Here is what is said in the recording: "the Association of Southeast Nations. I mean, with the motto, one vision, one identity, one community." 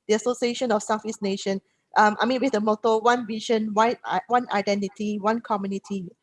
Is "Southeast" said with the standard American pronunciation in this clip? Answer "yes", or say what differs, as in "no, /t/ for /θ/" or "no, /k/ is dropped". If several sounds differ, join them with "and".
no, /f/ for /θ/